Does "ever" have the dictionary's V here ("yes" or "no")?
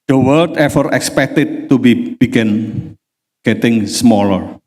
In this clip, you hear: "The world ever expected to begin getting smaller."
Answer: no